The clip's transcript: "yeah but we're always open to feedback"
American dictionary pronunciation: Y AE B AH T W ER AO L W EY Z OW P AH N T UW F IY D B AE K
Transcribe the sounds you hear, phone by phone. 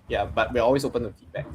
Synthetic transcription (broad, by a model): Y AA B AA T W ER AO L W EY S OW P AH N T UW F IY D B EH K